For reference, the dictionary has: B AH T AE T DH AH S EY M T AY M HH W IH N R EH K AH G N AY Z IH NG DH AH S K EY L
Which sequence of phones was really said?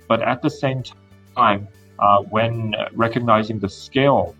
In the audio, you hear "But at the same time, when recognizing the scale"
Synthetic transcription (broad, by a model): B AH T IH T DH AH S EY M T AY M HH W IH N R EH K AH G N AY Z IH NG DH AH S K EY L